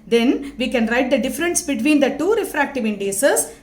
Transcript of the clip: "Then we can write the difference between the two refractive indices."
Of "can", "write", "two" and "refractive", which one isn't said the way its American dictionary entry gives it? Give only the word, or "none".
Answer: none